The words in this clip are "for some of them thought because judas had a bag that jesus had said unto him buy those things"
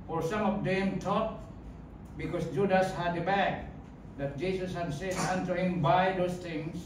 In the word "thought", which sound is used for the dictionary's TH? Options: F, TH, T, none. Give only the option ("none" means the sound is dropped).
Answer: T